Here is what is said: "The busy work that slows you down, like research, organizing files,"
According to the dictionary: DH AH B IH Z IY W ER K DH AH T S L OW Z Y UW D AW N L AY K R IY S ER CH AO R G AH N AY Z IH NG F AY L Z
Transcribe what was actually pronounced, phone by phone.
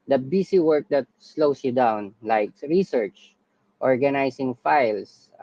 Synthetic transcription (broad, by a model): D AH B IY S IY W ER K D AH T S L OW S Y UW D AW N L AY K R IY S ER CH AO R G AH N AY S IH NG F AY L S